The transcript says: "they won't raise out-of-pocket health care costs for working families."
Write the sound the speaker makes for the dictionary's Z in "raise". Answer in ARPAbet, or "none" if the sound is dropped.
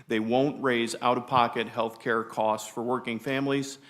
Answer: Z